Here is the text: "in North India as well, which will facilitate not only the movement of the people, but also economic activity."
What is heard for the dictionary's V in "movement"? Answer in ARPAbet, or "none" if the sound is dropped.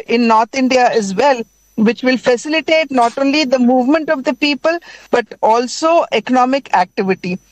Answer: V